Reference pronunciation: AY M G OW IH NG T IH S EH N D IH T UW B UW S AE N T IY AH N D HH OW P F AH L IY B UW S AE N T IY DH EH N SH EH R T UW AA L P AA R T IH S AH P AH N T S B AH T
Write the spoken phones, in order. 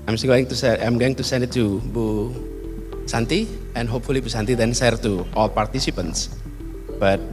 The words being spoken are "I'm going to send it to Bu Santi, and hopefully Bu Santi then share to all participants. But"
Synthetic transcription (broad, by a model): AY M G OW IH NG T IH S EH N D IH T UW B UW S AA N T IY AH N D HH OW P F AH L IY B UW S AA N T IY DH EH N S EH R T UW AA L P AA R T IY S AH P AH N T S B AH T